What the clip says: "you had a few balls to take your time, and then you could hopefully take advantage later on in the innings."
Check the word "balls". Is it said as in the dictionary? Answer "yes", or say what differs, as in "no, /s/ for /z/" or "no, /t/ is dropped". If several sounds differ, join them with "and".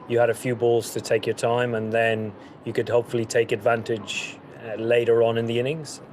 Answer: yes